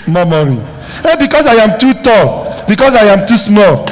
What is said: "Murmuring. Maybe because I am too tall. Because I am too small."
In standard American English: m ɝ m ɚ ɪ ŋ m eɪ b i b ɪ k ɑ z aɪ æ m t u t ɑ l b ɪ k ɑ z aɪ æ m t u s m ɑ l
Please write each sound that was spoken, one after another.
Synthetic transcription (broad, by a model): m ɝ m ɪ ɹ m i i b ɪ k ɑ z aɪ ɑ m t u t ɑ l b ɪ k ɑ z aɪ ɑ m t u s m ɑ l